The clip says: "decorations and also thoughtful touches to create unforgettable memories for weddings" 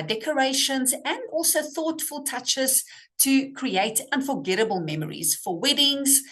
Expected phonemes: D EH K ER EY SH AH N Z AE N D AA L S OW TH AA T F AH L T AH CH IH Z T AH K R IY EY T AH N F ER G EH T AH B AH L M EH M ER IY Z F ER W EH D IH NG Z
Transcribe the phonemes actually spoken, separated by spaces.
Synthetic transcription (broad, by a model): D EH K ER EY SH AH N Z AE N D AA L S OW TH AA T F AH L T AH CH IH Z T AH K R IY EY T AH N F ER G EH T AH B AH L M EH M ER IY Z F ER W EH D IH NG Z